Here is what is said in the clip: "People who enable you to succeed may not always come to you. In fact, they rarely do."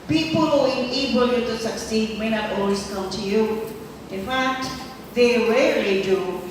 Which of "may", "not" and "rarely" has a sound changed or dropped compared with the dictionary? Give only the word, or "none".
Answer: rarely